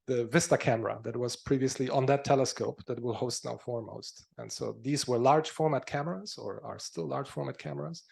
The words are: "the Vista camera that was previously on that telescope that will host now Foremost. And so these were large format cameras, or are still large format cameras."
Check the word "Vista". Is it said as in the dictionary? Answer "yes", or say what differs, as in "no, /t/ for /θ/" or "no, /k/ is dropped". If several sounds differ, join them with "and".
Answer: yes